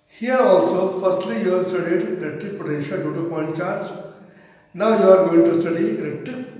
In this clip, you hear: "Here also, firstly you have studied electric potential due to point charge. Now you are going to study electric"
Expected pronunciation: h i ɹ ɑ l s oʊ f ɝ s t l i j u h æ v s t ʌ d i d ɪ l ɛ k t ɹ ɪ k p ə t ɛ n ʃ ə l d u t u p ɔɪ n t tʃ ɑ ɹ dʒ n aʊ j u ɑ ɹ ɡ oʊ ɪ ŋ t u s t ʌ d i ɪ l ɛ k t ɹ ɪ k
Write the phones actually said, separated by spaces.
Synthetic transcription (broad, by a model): h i ɹ ɑ l s oʊ f ɝ s t l i j u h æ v s t ʌ d i d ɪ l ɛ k t ɪ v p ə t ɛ ʃ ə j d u t u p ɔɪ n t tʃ ɑ ɹ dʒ n aʊ j u ɑ ɹ ɡ oʊ ɪ ŋ t u s t ʌ d i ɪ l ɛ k t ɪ